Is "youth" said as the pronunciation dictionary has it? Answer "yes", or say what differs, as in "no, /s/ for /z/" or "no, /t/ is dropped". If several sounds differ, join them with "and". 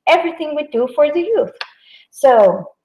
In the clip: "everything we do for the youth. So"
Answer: yes